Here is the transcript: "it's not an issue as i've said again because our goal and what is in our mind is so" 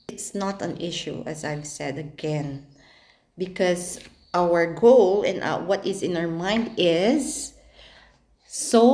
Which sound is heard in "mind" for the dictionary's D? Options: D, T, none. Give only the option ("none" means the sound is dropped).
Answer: D